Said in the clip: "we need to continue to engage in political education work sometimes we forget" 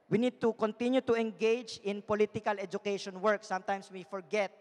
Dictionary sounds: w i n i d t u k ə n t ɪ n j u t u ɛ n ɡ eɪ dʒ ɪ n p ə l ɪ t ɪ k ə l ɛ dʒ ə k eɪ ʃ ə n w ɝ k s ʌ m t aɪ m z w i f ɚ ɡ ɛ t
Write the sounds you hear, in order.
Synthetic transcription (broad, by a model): w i n i d t u k ə n t ɪ n j u t u ɛ n ɡ eɪ dʒ ɪ n p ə l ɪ t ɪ k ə l ɛ dʒ ə k eɪ ʃ ə n w ɝ k s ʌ m t aɪ m s w i f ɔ ɡ ɛ t